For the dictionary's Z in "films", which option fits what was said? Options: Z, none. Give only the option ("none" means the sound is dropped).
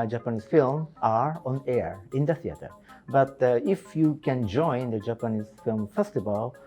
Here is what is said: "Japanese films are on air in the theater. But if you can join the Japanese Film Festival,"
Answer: none